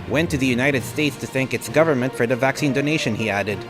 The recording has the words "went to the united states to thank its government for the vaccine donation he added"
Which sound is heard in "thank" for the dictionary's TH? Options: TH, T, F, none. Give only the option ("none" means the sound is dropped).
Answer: TH